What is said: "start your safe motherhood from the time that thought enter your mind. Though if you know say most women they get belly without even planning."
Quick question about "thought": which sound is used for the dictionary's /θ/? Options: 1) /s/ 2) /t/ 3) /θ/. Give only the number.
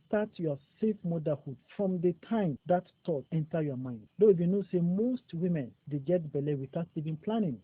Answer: 2